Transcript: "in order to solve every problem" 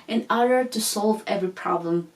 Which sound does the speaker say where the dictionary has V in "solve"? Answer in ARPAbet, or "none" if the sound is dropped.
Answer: V